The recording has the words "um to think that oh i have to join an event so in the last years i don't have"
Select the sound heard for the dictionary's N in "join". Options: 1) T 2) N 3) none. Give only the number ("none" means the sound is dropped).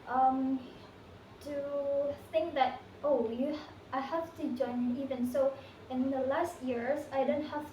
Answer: 3